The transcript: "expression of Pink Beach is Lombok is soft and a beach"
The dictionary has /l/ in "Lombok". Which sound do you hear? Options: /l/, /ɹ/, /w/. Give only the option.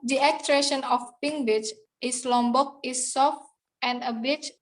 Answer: /l/